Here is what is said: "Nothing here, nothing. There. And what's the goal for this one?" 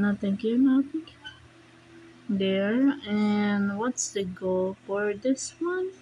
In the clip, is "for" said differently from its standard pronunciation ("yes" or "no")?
no